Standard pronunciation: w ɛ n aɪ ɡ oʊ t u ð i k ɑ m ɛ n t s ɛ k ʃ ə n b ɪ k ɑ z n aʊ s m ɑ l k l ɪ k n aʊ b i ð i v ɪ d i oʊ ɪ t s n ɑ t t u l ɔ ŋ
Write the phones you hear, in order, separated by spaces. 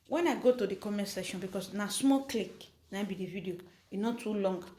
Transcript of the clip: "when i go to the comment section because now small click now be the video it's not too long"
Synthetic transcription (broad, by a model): w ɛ n aɪ ɡ oʊ t u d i k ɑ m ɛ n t s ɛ ʃ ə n b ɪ k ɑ s n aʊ s m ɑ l k l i k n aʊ b i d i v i d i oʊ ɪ n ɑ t t u l ɔ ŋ